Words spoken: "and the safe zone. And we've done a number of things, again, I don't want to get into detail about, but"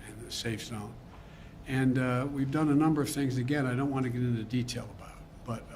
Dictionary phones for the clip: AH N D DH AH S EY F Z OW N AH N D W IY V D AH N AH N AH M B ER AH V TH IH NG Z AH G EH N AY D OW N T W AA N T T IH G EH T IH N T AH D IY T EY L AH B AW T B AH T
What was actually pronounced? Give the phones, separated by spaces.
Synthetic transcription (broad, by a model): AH N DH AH S EY F S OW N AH N W IY V D AH N AH N AH M B ER AH V TH IH NG Z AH G EH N AY D OW N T W AA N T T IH G EH T IH N T AH D IY T EY L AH B AW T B AH T